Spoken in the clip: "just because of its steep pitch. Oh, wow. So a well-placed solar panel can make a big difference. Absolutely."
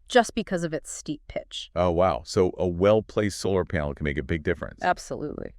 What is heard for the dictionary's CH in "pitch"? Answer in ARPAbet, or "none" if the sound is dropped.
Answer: CH